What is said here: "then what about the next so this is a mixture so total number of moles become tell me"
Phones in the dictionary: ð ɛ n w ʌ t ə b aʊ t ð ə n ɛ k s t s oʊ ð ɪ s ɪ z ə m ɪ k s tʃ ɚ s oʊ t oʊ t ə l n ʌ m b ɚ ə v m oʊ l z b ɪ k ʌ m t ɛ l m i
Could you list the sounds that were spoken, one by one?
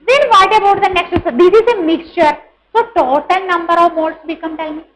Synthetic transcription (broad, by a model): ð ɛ n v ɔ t ə b aʊ t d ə n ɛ k s t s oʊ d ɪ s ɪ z ə m ɪ k s tʃ ɚ s oʊ t oʊ t ə l n ʌ m b ɚ ə v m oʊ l s b ɪ k ʌ m t ɛ l m i